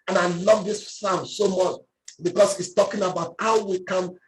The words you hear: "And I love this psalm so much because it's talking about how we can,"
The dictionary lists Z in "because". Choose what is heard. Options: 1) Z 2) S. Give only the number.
2